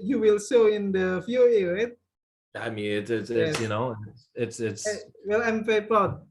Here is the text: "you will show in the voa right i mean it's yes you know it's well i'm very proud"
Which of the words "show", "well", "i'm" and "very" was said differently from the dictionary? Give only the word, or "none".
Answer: show